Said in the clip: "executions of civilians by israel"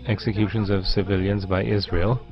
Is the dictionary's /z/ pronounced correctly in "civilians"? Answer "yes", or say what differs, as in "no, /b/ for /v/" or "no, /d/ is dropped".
yes